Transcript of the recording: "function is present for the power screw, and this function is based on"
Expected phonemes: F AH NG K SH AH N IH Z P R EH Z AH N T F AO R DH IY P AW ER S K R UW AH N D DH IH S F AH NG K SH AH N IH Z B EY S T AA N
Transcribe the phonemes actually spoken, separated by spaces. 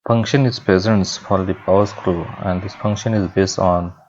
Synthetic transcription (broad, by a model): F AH NG K SH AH N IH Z P R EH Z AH N T F AO R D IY P AW ER S K R UW AH N D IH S F AH NG K SH AH N IH Z B EY S T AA N